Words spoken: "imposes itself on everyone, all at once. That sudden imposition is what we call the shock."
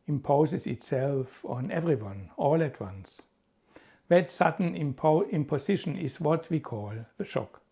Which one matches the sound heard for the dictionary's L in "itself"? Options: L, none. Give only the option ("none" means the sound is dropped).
L